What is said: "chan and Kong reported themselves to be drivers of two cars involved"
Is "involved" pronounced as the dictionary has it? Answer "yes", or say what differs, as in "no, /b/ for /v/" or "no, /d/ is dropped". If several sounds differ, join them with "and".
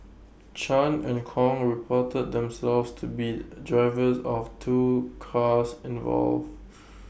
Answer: no, /d/ is dropped